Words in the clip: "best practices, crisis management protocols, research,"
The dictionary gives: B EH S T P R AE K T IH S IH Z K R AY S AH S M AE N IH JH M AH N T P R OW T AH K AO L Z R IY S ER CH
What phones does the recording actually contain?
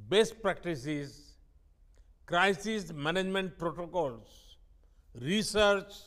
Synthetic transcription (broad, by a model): B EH S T P R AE K T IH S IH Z K R AY S AH S M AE N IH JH M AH N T P R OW T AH K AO L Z R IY S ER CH